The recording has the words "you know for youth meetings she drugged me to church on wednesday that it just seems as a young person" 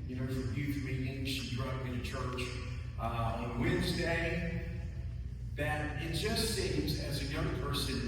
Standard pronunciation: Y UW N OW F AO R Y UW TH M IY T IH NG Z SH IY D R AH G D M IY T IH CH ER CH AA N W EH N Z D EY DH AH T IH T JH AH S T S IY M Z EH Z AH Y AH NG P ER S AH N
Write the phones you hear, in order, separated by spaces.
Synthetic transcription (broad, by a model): Y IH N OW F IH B Y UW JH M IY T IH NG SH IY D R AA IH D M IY T IH CH ER CH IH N W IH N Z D EY DH AH T IH T JH AH S T S IY M Z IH Z AH Y AH NG P ER S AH N